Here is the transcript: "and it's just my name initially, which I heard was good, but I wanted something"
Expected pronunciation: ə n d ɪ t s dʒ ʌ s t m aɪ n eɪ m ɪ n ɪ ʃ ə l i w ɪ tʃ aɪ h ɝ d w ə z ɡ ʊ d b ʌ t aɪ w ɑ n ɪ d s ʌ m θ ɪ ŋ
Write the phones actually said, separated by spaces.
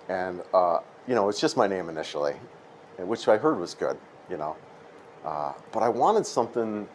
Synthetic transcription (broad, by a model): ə n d ɪ t s dʒ ʌ s t m aɪ n eɪ m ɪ n ɪ ʃ l i w ɪ tʃ aɪ h ɝ d w ə z ɡ ʊ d b ʌ t aɪ w ɑ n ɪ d s ʌ m θ ɪ ŋ